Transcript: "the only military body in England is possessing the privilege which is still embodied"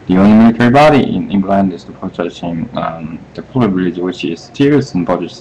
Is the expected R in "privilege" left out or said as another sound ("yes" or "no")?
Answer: yes